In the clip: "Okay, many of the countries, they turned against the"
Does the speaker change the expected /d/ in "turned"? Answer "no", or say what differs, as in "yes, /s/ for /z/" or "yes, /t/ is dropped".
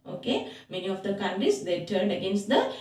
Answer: no